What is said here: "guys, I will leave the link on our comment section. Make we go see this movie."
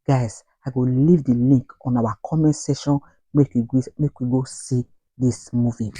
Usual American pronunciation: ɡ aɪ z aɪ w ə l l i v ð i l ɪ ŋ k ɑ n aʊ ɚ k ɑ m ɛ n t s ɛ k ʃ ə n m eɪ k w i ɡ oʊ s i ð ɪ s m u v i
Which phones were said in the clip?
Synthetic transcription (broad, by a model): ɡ aɪ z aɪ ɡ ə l l i v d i l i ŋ k ɑ n aʊ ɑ k ɑ m ɛ n t s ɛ ʃ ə n m eɪ k w i ɡ oʊ s i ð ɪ s m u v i